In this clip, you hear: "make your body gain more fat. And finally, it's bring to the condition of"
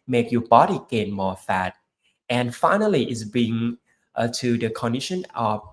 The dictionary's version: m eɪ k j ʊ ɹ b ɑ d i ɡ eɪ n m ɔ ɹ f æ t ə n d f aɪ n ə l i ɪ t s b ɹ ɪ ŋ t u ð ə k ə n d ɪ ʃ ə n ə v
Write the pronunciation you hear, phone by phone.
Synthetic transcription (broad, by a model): m eɪ k j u b ɑ d i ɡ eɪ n m ɔ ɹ f æ t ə n f aɪ n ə l i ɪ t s b i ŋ t u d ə k ə n d ɪ ʃ ə n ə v